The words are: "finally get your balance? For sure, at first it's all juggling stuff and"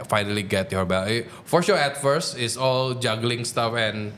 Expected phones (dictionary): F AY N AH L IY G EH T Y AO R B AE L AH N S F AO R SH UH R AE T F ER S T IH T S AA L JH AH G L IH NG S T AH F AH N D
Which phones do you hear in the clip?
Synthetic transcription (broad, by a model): F AY N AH L IY G EH T Y AO R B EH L F AO R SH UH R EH T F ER S IH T S AA L JH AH G L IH NG S T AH F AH N